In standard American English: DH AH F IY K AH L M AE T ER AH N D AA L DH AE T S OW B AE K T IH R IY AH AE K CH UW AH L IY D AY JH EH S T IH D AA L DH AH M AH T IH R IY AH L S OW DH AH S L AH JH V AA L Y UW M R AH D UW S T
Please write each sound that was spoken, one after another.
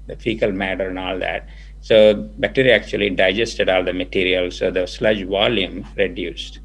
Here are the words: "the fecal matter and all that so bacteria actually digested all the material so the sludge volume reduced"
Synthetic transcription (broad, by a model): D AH F IY K AH L M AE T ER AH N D AA L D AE T S OW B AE T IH R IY AE K CH UW AH L IY D AY JH EH S T IH D AA L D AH M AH T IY R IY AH L S OW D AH S L AH JH V AA L Y UW M R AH D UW S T